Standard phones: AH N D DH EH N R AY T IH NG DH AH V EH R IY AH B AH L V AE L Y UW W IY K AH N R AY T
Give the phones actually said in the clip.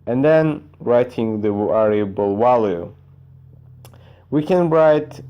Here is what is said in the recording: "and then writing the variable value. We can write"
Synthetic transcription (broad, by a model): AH N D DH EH N R AY T IH NG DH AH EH R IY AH B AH L W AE L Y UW W IY K AH N R AY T